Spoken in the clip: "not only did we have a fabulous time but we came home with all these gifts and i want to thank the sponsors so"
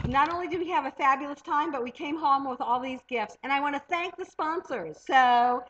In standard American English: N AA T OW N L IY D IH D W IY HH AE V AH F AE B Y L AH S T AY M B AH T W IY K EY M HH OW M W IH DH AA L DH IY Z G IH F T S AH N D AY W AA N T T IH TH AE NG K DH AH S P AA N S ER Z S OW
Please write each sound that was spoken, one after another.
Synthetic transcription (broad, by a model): N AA T OW N L IY D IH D W IY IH V AH F AE B Y L AH S T AY M B AH T W IY K EY M HH OW M W IH DH AA L DH IY Z G IH F T S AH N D AY W AA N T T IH TH AE NG K DH AH S P AA N S ER Z S OW